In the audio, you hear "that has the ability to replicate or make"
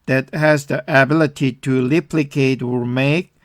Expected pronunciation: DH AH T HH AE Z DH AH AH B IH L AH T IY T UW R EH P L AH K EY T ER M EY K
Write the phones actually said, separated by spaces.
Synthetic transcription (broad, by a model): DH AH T HH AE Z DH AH AH B IH L AH T IY T UW L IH P L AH K EY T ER M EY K